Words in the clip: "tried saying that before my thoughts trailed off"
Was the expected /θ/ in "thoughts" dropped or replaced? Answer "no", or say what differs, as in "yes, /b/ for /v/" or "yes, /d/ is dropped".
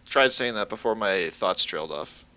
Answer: no